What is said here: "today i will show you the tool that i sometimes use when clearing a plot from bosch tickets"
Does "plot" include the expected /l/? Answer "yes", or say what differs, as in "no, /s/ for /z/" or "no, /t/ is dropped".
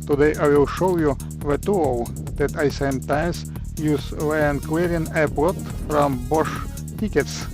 no, /l/ is dropped